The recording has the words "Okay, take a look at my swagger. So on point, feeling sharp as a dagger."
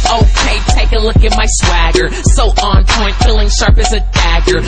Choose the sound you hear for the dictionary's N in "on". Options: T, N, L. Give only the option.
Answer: N